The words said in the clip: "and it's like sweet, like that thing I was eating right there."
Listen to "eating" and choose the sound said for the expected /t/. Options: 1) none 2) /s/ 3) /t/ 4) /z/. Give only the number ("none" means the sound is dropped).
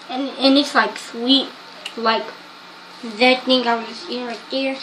2